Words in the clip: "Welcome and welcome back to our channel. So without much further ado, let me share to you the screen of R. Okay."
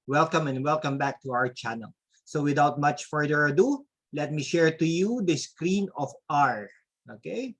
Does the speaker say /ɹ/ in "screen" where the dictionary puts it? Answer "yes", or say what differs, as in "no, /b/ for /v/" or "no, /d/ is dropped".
yes